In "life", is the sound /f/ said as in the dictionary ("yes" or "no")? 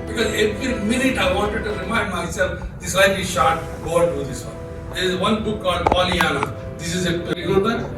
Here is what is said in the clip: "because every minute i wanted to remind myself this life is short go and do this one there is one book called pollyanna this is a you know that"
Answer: no